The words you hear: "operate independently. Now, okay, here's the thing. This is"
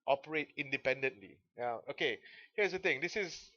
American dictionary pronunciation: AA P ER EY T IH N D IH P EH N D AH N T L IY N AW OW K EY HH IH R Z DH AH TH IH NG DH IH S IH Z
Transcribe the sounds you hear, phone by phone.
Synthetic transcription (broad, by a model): AA P ER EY T IH N D IH P EH N D AH N T L IY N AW OW K EY HH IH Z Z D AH T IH NG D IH S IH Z